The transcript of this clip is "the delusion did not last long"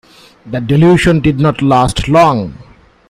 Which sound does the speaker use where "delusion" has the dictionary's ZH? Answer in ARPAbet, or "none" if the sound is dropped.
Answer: SH